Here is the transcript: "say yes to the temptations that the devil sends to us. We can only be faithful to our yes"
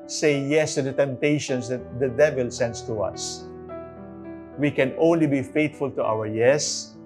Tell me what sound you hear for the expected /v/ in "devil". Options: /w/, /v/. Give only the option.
/v/